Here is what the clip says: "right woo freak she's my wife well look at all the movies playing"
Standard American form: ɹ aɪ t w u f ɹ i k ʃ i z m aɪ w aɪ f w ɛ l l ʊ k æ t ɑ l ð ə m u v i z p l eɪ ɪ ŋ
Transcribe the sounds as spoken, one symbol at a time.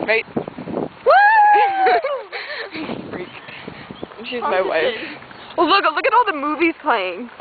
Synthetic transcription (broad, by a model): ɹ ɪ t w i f ɹ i k ʃ i z m aɪ w aɪ f w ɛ l l ʊ k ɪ t ɑ l ð ə m u v i z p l eɪ ɪ ŋ